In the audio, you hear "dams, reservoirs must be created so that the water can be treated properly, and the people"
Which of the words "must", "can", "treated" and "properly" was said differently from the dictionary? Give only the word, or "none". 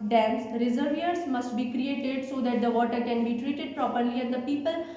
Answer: none